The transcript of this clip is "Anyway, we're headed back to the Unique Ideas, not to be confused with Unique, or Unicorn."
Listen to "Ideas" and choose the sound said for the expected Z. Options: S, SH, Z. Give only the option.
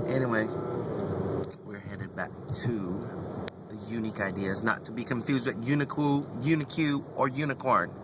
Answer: Z